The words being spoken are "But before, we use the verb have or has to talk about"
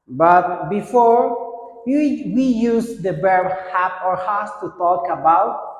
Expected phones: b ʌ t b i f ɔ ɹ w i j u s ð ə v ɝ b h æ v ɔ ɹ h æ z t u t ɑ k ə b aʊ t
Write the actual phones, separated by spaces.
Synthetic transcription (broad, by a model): b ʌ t b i f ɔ ɹ w i j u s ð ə b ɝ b h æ p ɔ ɹ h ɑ s t u t ɑ k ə b aʊ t